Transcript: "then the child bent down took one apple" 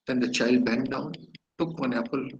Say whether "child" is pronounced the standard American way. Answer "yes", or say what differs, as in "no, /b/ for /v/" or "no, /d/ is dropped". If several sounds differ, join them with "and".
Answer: yes